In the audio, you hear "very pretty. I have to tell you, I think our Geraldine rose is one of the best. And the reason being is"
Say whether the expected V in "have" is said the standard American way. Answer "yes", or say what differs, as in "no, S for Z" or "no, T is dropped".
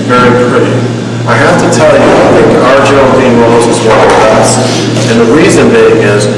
no, F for V